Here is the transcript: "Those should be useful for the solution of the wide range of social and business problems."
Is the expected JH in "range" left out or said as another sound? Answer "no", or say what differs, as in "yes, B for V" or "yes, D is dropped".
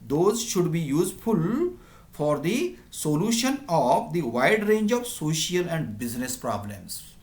no